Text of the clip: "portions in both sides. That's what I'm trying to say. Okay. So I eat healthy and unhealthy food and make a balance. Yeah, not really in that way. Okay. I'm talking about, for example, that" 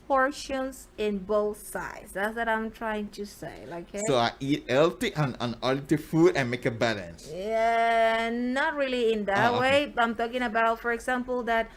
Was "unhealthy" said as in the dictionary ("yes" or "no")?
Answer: no